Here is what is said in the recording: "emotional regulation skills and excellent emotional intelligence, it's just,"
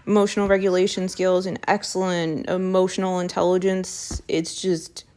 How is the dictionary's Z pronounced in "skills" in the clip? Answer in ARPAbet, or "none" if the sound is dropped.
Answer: Z